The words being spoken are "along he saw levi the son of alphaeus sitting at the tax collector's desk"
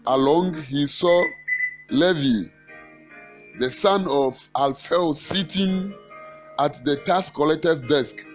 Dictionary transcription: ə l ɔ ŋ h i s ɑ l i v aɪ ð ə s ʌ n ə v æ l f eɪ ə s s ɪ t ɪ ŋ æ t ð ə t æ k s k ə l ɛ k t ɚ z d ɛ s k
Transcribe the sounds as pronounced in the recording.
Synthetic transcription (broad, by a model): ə l ɔ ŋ h i s ɑ l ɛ v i ð ə s ʌ n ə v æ l f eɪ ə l s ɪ t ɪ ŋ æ t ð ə t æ s k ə l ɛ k t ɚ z d ɛ s k